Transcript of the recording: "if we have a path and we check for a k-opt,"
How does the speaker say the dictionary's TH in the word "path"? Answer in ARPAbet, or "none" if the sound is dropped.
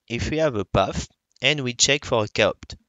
F